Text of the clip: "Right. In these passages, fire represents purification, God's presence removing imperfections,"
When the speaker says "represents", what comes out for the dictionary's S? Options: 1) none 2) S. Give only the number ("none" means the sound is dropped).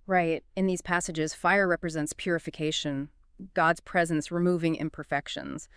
2